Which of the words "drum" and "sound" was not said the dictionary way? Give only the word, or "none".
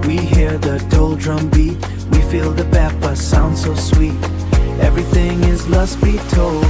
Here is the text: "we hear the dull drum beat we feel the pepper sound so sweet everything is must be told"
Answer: none